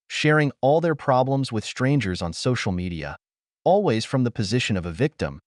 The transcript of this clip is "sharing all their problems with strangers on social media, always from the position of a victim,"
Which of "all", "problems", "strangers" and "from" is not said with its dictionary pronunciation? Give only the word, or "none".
none